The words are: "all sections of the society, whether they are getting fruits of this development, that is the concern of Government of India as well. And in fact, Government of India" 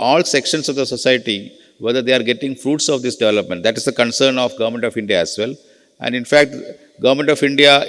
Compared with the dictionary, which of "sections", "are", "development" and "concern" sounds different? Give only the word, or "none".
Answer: sections